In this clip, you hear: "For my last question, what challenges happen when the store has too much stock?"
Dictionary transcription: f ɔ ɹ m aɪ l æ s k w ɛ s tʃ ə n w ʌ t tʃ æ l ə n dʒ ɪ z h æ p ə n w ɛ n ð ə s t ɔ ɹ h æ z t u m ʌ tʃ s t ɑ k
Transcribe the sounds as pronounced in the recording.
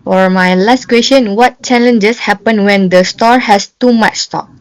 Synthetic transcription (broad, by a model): f ɔ ɹ m aɪ l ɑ s k w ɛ s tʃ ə n w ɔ t tʃ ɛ l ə n dʒ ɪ s h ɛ p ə n w ɛ n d ə s t ɔ ɹ h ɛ s t u m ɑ tʃ s t ɑ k